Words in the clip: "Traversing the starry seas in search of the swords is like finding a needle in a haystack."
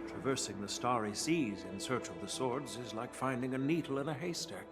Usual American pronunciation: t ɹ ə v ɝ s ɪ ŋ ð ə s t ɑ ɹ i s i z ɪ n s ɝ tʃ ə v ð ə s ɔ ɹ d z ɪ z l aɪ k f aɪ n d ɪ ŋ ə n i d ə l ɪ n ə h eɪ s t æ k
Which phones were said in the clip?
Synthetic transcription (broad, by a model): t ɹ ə v ɝ s ɪ ŋ ð ə s t ɑ ɹ i s i z ɪ n s ɝ tʃ ə v ð ə s ɔ ɹ d z ɪ z l aɪ k f aɪ n d ɪ ŋ ə n i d l ɪ n ə h eɪ s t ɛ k